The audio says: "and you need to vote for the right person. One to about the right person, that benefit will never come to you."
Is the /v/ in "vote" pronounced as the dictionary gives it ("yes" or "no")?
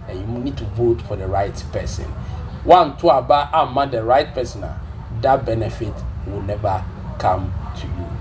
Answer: yes